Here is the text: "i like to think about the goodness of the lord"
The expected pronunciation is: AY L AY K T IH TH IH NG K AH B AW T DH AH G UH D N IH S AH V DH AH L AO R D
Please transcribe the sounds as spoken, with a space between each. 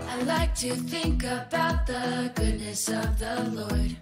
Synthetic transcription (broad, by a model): AY L AY K T IH TH IH NG K AH B AW T DH AH G UH D N IH S AH V DH AH L AO R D